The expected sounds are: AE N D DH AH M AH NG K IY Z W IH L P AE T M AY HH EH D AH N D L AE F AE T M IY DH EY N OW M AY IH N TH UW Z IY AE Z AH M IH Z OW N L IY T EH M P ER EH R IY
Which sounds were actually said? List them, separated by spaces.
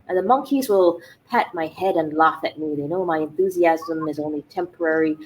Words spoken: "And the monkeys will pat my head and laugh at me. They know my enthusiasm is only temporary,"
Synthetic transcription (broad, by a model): DH AH M AH NG K IY Z W IH L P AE T M AY HH EH D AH N L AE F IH T M IY DH EY N OW M AY IH N TH UW Z IY AE Z AH M IH Z OW N L IY T EH M P ER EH R IY